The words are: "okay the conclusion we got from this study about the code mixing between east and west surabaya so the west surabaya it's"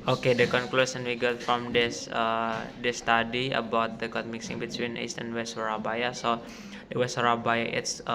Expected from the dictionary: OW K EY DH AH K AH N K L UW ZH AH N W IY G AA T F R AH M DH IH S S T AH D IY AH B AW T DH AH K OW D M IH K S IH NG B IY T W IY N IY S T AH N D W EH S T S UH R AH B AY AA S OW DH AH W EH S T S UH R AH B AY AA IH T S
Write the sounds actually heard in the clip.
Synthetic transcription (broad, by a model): OW K EY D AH K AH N K L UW S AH N W IY G AA T F R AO M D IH S S T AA D IY AH B AW T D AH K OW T M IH K S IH NG B IY T W IY N IY S T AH N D W EH S T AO R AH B AY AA S OW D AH W EH S T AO R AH B AY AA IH T S